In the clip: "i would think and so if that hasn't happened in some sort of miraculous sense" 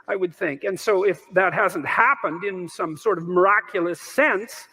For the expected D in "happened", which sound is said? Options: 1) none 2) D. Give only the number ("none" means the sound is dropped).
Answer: 2